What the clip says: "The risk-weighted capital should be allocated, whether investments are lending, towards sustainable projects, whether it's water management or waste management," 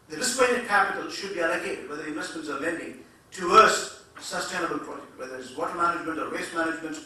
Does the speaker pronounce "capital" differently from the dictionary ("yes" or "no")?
no